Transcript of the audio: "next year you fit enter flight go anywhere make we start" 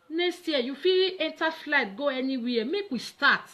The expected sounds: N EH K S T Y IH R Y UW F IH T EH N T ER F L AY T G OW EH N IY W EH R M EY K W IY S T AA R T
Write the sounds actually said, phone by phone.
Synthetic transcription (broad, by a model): N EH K S T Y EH Y UW F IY EH N T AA F L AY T G OW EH N IY W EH M EY K W IY S T AA T